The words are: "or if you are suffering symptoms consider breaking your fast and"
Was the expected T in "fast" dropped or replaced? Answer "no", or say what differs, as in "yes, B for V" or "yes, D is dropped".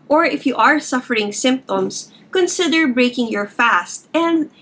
no